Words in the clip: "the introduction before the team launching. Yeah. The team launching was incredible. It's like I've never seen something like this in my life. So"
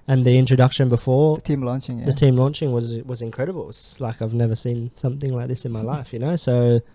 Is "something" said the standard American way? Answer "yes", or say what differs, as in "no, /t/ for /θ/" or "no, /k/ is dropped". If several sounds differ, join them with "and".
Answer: yes